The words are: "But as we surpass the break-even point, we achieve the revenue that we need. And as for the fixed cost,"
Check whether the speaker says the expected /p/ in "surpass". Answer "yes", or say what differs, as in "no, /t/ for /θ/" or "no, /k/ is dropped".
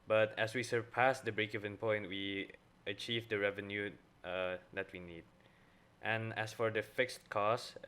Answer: yes